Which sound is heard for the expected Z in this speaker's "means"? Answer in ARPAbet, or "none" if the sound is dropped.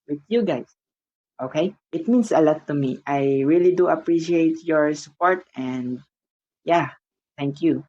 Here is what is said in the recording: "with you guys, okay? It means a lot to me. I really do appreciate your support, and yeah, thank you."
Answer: S